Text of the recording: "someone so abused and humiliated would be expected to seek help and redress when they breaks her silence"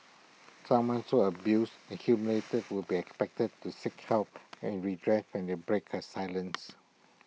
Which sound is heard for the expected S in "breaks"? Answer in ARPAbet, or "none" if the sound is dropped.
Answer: none